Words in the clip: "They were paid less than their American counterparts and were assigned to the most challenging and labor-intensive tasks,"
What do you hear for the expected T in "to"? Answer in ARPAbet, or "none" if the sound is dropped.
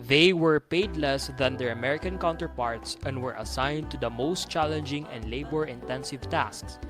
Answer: T